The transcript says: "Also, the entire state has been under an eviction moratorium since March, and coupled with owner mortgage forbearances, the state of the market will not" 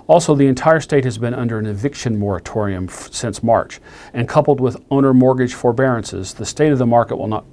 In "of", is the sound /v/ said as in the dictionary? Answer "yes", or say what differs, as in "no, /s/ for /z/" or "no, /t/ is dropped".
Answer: yes